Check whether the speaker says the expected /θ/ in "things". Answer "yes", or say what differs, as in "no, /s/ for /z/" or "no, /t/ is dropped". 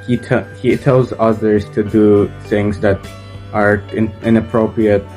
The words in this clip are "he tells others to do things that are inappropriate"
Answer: yes